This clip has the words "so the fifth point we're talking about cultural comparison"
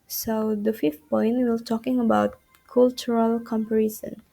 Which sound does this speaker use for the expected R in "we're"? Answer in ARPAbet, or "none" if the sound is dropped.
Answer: L